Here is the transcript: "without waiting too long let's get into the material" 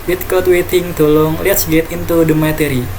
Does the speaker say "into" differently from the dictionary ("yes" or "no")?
no